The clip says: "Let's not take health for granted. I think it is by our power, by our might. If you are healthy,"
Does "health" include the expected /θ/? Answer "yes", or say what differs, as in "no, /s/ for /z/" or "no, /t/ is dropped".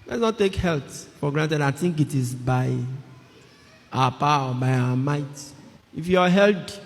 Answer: no, /t/ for /θ/